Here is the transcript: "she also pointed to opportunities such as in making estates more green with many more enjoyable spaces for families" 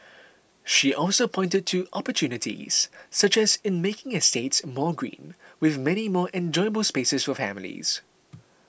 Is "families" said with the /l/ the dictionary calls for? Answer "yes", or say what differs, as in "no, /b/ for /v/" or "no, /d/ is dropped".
yes